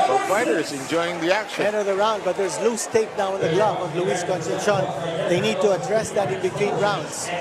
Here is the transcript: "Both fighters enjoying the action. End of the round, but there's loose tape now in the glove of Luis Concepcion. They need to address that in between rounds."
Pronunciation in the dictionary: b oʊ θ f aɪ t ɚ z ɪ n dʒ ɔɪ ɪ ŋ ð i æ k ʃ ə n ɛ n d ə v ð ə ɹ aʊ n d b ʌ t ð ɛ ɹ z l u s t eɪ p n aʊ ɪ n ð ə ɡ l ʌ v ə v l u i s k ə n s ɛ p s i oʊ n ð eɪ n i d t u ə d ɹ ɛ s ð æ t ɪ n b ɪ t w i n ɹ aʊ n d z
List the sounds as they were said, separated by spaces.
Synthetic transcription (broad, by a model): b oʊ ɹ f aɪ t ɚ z ɪ n dʒ ɔɪ ɪ ŋ ð i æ k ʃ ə ɛ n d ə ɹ ð ə ɹ aʊ n d b ʌ t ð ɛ ɹ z l u s t eɪ p n aʊ ɪ n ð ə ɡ l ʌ b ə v l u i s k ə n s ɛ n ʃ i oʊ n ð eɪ n i d t u ə d ɹ ɛ s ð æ t ɪ n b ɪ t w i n ɹ aʊ n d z